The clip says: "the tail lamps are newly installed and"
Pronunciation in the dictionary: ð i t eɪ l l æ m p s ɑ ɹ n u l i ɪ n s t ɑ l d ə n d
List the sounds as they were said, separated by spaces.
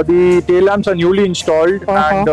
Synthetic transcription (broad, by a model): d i t eɪ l l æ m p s ɑ ɹ n u l i ɪ n s t ɑ l d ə n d